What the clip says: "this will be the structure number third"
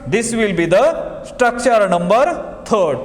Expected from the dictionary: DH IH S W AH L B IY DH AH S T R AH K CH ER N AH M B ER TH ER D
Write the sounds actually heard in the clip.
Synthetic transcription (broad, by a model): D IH S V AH L B IY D AH S T R AH K CH ER N AH M B ER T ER D